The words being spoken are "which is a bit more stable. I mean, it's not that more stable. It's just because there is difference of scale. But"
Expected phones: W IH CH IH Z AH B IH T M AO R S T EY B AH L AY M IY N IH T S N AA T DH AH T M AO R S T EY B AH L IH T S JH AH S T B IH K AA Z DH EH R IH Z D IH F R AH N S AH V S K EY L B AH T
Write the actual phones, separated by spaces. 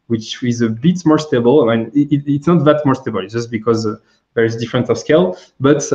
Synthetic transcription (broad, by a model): W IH CH IH Z AH B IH T M AO R S T EY B AH L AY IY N IH T S N AA T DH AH T M AO R S T EY B AH L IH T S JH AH S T B IH K AA Z DH EH R IH Z D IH F R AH N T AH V S K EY L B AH T